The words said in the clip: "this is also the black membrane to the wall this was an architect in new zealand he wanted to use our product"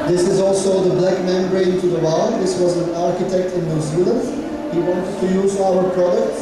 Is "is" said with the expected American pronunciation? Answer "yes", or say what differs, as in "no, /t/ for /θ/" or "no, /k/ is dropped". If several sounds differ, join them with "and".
yes